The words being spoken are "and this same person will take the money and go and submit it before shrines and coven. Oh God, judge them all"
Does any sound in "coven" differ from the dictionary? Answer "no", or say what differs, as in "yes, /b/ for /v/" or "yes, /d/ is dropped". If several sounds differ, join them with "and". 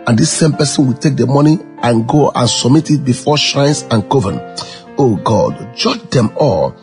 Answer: no